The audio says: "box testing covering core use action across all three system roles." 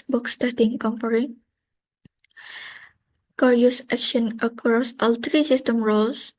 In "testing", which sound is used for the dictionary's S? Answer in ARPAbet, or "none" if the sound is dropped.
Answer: none